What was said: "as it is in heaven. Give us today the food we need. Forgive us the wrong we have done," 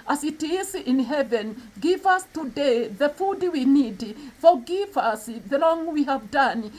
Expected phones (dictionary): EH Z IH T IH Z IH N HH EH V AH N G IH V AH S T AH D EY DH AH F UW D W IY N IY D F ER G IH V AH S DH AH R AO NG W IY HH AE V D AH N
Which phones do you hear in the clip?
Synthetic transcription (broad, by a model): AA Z IH T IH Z IH N HH EH V AH N G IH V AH S T AH D EY DH AH F UW D W IY N IY D F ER G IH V AH S DH AH L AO NG W IY HH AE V D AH N